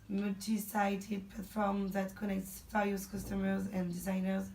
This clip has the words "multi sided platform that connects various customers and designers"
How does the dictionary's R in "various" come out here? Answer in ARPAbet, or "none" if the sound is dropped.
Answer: L